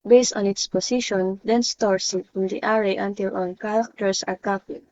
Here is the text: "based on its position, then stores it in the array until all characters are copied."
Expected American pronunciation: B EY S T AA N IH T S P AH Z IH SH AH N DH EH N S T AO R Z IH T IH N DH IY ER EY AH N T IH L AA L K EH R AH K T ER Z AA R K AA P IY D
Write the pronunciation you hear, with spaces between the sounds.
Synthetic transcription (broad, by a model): B EY S T AA N IH T S P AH S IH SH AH N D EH N S T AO R S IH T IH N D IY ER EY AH N T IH L AA L K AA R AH K T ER S AA R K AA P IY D